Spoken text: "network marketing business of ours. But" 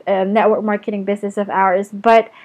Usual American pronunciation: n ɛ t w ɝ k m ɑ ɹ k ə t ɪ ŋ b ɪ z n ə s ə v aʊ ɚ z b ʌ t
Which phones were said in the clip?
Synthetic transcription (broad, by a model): n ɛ t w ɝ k m ɑ ɹ k ə t ɪ ŋ b ɪ z n ə s ə v aʊ ɚ z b ʌ t